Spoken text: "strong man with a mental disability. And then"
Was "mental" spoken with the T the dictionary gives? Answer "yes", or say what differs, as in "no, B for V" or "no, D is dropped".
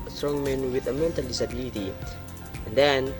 yes